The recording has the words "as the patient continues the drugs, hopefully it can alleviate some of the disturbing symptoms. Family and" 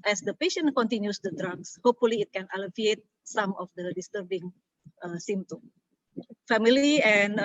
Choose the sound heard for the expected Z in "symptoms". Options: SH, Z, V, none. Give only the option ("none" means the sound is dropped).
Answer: none